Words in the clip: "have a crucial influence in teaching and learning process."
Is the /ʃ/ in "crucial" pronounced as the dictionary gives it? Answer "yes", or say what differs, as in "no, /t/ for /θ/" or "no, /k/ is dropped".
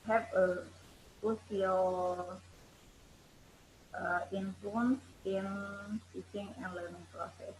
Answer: no, /s/ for /ʃ/